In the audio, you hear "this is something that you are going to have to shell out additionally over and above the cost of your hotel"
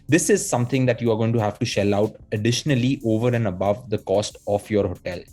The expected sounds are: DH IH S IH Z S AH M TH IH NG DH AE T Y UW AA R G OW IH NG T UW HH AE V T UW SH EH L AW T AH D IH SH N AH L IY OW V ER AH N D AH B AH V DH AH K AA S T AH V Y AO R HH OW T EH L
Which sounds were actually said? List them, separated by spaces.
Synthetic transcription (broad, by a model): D IH S IH Z S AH M T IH NG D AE T Y UW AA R G OW IH NG T UW HH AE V T UW SH EH L AW T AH D IH SH N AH L IY OW V ER AH N D AH B AH V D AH K AA S T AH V Y AO R HH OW T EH L